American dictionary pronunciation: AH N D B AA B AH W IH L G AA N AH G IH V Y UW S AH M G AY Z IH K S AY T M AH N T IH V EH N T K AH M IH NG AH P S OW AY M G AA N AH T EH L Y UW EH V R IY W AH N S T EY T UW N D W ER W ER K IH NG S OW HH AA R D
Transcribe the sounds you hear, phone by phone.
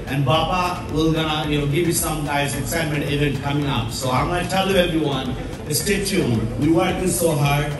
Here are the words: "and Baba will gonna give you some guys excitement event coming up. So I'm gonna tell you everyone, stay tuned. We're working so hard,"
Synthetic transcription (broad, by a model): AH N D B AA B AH W IH L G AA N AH G IH V Y UW S AH M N AY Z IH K S AY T M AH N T IH V EH N T K AH M IH NG AH P S OW AY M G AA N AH T EH L Y UW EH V R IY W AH N S T EY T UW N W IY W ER IH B S OW HH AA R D